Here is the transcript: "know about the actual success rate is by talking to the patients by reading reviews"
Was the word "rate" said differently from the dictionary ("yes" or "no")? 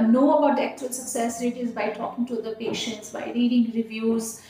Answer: no